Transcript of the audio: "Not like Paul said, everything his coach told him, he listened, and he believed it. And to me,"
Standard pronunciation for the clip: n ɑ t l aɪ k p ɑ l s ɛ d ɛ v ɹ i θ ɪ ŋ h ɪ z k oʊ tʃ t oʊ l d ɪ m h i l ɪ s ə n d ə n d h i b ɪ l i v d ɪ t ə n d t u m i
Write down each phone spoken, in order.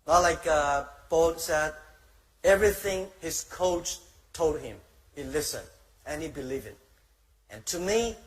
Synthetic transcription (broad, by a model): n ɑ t l aɪ k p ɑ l s ɛ d ɛ v ɹ i θ ɪ ŋ h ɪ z k oʊ tʃ t oʊ l d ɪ m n l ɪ s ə n ə n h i b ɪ l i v ɪ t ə n t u m i